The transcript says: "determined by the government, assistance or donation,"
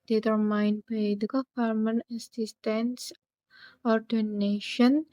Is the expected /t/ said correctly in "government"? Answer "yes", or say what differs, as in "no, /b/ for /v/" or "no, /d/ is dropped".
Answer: no, /t/ is dropped